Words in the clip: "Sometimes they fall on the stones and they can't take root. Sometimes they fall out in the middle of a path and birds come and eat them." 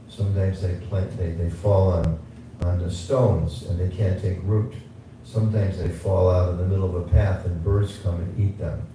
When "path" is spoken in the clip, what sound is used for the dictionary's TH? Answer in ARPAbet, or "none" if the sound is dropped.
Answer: TH